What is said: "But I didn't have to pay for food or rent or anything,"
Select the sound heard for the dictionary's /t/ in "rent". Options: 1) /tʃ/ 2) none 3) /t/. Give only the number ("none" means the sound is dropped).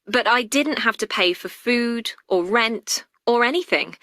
3